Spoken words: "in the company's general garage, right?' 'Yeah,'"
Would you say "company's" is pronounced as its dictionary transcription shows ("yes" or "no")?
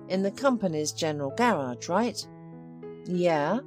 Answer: yes